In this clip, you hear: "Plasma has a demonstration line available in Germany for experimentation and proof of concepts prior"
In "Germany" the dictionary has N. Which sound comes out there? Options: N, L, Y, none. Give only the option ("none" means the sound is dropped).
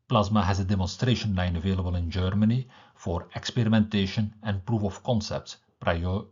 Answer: N